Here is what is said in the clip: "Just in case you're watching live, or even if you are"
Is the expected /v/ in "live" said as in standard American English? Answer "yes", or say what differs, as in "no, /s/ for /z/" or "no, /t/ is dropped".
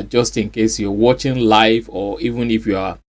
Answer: no, /f/ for /v/